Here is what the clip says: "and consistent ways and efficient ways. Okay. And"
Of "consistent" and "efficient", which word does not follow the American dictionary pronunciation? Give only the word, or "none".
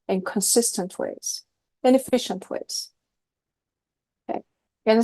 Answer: none